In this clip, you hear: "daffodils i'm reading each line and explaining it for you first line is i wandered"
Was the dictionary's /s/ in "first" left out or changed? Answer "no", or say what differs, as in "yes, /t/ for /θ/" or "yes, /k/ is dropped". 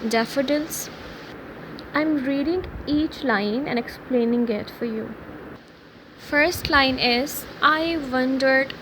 no